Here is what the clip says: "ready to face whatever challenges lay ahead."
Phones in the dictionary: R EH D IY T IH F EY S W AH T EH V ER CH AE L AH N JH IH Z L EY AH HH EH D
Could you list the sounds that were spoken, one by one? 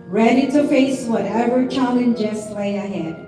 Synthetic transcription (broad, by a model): R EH D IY T IH F EY S W AH T EH V ER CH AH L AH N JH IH S L EY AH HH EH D